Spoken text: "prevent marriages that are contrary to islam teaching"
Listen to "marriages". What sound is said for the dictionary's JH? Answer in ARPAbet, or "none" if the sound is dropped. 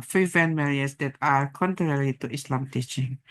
none